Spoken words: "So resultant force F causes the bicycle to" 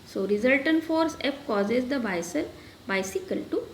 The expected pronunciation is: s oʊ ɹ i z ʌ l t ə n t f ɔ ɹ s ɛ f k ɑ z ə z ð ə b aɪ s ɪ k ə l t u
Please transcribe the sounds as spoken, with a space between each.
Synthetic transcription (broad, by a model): s oʊ ɹ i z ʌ l t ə n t f ɔ ɹ s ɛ p k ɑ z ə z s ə b aɪ s ɪ k ə l t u